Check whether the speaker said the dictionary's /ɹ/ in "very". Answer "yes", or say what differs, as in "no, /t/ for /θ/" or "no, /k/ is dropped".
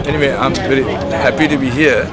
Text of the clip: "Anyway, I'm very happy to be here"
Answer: no, /l/ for /ɹ/